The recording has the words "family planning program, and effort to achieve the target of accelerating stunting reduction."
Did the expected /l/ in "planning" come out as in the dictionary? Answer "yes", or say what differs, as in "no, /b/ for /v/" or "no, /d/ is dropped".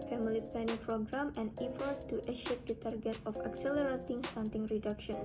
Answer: no, /l/ is dropped